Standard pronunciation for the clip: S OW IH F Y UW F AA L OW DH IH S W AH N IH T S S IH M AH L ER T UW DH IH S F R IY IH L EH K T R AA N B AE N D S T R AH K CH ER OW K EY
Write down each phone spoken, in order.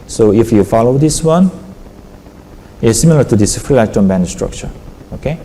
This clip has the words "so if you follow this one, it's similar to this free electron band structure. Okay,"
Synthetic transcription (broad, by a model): S OW IH F Y UW F AA L OW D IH S W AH N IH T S S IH M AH L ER T UW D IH S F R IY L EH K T AA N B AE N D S T R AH K CH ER OW K EY